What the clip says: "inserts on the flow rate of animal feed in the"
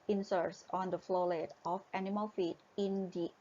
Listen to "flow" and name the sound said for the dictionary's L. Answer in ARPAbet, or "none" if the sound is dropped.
L